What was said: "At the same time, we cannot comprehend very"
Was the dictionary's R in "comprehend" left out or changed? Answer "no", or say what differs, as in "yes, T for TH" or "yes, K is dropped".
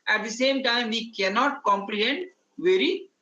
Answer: yes, L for R